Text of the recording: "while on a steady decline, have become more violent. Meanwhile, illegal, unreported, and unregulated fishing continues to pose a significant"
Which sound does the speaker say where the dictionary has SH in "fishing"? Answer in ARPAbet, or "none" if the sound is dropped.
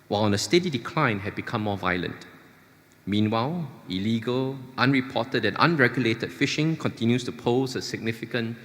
SH